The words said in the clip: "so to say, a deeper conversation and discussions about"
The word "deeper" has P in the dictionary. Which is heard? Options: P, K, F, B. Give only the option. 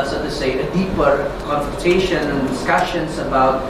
P